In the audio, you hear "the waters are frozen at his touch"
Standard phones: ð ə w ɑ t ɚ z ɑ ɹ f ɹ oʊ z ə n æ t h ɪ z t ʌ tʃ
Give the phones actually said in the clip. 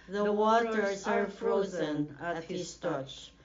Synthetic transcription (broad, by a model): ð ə w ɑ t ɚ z ɑ ɹ f ɹ oʊ z ə n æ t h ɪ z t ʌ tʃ